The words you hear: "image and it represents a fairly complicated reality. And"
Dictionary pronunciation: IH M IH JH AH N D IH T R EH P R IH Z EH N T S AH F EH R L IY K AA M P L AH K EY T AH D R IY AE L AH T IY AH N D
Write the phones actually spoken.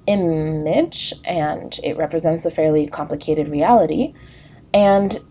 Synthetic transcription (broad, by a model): IH M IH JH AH N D IH T R EH P R IH Z EH N T S AH F EH R L IY K AA M P L AH K EY T AH D R IY AE L AH T IY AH N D